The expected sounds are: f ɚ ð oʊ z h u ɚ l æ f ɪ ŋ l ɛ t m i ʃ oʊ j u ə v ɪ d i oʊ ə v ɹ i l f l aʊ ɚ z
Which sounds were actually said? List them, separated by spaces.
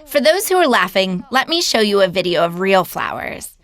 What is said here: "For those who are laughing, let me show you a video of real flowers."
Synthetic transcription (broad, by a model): f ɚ ð oʊ z h u ɚ l æ f ɪ ŋ l ɛ t m i ʃ oʊ j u ə v ɪ d i oʊ ə v ɹ i l f l aʊ ɚ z